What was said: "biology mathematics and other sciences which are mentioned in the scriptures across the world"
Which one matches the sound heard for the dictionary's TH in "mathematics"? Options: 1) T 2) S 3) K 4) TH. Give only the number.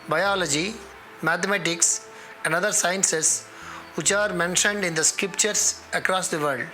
1